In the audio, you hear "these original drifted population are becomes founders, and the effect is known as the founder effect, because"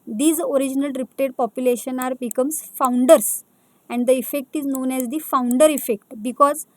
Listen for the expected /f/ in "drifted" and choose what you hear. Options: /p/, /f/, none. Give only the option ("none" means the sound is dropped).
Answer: /p/